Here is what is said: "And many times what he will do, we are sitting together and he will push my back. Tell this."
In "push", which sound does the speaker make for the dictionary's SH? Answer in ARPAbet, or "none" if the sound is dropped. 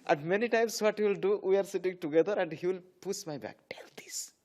S